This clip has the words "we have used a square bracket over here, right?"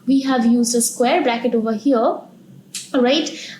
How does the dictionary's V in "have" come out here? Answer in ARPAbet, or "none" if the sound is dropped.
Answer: V